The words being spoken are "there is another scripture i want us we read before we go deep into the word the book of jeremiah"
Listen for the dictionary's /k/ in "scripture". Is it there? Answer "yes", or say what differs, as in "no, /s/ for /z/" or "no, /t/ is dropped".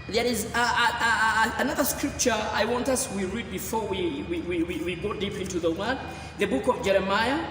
yes